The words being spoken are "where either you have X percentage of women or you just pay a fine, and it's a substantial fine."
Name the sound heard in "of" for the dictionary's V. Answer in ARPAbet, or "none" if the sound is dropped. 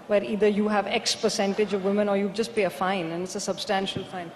V